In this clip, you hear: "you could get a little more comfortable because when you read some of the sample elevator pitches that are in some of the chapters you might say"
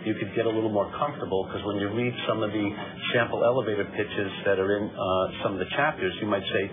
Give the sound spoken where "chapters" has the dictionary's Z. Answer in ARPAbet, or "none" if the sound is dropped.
Z